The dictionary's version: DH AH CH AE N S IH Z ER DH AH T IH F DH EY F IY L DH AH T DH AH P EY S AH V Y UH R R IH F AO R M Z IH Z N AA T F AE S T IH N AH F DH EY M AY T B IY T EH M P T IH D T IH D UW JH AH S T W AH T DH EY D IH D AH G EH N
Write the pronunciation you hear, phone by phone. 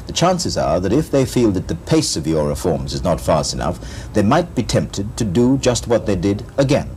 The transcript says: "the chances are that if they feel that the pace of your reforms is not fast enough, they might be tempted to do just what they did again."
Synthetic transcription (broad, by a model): DH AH CH AE N S IH Z ER DH AH T IH F DH EY F IY L DH AH T DH AH P EY S AH V Y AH R R IH F AO R M Z IH Z N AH T F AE S T IH N AH F DH EY M AY T B IY T EH M P T IH D T IH D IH JH AH S T W AH T DH EY D IH D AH G EH N